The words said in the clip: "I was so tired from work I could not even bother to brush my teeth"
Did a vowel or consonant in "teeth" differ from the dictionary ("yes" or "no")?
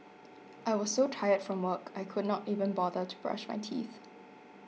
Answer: no